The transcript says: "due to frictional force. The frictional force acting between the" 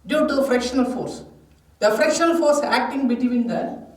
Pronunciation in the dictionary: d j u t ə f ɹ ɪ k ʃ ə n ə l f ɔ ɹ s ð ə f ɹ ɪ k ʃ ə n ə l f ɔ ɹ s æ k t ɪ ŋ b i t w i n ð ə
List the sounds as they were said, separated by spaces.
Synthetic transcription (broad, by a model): d j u t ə f ɹ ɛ k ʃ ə n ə l f ɔ ɹ s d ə f ɹ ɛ k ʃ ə n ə l f ɔ ɹ s æ k t ɪ ŋ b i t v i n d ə